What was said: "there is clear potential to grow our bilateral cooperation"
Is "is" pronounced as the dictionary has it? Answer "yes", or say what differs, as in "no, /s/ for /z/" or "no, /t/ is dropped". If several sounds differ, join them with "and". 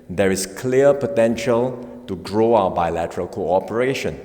no, /s/ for /z/